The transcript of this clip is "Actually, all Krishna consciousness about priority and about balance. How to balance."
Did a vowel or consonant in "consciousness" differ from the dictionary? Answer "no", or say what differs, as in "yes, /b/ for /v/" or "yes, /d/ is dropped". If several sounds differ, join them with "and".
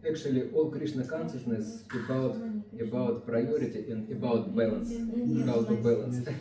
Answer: yes, /s/ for /ʃ/